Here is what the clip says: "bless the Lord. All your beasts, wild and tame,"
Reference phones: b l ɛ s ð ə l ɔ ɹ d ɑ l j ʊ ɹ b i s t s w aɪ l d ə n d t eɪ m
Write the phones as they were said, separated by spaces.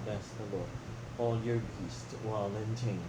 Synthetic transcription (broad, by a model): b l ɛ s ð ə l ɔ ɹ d ɑ l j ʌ ɹ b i s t w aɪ l ə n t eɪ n